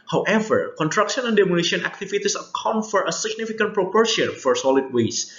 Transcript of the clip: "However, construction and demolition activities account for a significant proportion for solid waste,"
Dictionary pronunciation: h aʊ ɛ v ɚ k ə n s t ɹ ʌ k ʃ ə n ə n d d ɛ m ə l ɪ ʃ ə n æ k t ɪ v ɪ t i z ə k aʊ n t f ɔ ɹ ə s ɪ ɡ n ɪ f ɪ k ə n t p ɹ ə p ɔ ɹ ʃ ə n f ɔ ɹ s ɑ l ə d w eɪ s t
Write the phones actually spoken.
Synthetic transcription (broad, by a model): h aʊ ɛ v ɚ k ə n t ɹ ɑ k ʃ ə n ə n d d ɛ m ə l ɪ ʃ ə n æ k t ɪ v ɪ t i s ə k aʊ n f ɔ ɹ ə s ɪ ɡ n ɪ f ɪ k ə n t p ɹ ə p ɔ ɹ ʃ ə n f ɔ ɹ s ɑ l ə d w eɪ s